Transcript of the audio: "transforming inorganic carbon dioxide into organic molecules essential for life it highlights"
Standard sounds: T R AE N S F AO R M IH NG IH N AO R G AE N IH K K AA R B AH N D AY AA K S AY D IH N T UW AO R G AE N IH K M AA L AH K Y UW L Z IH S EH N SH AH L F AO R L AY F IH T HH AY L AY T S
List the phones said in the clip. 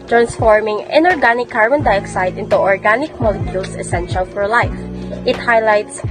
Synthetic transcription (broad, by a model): T R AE N S F AO R M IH NG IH N AO R G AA N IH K K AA R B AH N D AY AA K S AY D IH N T UW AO R G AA N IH K M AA L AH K Y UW L S IH S EH N SH AH L F AO R L AY F IH T HH AY L AY T S